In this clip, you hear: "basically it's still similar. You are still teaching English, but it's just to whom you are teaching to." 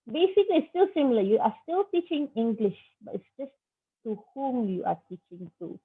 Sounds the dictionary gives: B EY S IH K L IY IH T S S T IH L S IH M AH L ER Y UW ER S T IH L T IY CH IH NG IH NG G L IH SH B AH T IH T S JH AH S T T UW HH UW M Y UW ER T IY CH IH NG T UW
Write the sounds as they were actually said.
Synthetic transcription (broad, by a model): B EY S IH K L IY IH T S S T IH L S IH M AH L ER Y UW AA S T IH L T IY CH IH NG IH NG G L IH SH B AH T IH T S JH AH S T T UW HH UW M Y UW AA T IY CH IH NG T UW